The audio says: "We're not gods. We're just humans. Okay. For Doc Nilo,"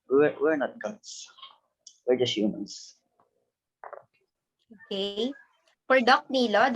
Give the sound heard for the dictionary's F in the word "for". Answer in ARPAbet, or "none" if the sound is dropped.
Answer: P